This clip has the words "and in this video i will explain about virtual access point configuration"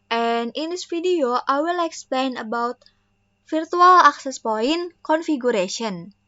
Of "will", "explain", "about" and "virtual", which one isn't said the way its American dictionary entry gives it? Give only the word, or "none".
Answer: virtual